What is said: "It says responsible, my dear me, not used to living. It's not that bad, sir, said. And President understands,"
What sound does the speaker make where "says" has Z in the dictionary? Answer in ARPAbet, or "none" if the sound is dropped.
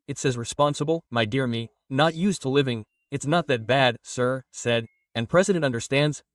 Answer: Z